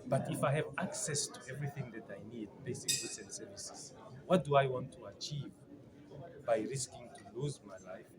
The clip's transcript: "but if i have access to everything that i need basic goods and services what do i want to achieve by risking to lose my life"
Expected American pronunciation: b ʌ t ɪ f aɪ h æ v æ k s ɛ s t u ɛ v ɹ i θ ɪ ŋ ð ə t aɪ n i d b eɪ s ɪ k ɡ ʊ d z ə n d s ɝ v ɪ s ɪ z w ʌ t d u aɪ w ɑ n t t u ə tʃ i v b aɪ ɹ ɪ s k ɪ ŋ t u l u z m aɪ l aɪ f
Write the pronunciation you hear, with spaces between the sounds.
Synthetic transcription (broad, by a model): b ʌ t ɪ f aɪ h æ v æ k s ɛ s t u ɛ v ɹ i θ ɪ ŋ ð ə t aɪ n i d b eɪ s ɪ k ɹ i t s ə n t s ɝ v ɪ s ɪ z w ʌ t d u aɪ w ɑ n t t u ə tʃ i v b aɪ ɹ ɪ s k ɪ ŋ t u l u z m aɪ l aɪ f